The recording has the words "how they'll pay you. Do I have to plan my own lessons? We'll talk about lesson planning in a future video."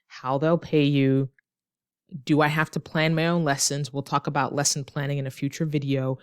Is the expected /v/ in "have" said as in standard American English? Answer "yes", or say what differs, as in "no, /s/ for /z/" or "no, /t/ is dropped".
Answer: no, /f/ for /v/